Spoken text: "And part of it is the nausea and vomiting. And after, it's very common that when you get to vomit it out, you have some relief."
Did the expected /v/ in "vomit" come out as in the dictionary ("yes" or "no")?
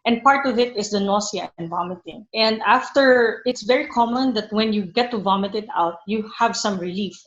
yes